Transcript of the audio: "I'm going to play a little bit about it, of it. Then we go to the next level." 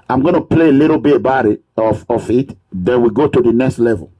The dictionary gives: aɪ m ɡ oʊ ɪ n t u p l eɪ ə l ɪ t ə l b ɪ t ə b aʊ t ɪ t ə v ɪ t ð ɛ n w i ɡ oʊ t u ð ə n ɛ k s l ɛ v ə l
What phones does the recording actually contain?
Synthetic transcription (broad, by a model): aɪ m ɡ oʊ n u p l eɪ ə l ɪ t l b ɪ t b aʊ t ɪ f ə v ɪ t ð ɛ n w i ɡ oʊ t u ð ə n ɛ k s l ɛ v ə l